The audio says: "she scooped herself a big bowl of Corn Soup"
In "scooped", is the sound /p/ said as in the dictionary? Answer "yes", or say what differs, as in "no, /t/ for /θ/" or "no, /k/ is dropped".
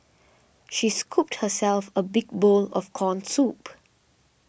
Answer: yes